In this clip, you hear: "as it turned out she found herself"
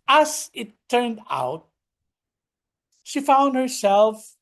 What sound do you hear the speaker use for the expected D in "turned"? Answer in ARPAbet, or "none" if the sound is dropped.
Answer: D